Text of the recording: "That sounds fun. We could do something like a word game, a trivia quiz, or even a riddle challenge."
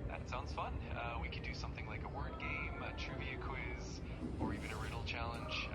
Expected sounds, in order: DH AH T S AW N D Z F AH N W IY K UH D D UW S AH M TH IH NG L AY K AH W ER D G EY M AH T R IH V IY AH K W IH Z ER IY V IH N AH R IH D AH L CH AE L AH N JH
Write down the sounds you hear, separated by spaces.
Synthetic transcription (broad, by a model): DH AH T S AW N D Z F AH N W IY K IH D D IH S AH M TH IH NG L AY K AH W ER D G EY M AH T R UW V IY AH K W IH Z ER IY V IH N AH R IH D L CH AE L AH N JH